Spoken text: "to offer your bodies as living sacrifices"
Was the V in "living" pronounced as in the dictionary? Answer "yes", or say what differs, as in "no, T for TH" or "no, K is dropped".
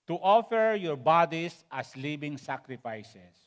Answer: no, B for V